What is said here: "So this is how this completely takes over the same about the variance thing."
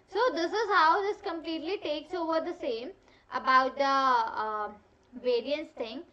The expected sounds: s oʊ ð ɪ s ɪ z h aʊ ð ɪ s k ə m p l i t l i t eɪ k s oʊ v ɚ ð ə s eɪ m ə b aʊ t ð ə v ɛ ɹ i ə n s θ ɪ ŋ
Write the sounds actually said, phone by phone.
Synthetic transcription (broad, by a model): s oʊ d ɪ s ɪ z h aʊ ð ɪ s k ə m p l i t l i t eɪ k s oʊ v ɚ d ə s eɪ m ə b aʊ t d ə v ɛ ɹ i ə n s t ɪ ŋ